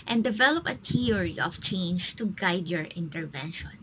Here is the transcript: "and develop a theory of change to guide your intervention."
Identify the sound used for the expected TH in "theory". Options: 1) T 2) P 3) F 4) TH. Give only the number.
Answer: 1